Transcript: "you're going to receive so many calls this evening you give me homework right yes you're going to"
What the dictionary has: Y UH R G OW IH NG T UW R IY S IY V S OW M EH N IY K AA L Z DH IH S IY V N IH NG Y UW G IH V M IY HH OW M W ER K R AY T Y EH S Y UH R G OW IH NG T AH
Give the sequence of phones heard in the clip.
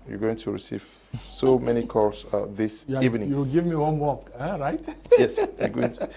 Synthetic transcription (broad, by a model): Y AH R G OW IH NG T UW R IY S IY V S OW M EH N IY K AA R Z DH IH S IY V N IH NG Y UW G IH V M IY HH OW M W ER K R AY T Y EH S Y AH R G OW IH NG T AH